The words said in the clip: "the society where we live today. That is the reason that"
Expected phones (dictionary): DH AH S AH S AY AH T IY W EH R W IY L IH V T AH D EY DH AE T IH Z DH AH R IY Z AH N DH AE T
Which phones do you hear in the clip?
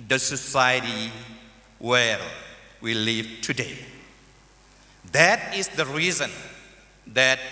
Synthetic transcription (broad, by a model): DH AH S AH S AY AH T IY W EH L W IY L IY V T AH D EY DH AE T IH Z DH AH R IY Z AH N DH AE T